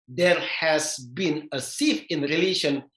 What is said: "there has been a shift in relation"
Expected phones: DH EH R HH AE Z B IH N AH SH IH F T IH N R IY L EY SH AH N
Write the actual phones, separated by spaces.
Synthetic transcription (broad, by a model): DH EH R HH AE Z B IH N AH S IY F IH N R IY L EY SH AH N